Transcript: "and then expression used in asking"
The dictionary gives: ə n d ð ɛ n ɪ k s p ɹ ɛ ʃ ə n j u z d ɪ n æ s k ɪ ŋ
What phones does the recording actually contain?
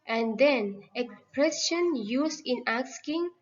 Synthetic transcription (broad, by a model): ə n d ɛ n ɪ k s p ɹ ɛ s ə n j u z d ɪ n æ s k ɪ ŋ